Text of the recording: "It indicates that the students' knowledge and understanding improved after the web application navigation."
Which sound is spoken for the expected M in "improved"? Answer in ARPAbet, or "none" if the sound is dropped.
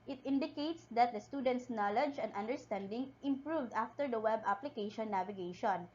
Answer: M